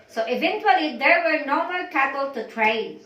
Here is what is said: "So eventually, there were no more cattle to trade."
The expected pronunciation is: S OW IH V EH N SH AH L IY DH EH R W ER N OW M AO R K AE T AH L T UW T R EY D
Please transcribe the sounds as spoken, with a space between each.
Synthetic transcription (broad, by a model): S OW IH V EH N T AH L IY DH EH R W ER N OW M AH L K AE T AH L T UW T R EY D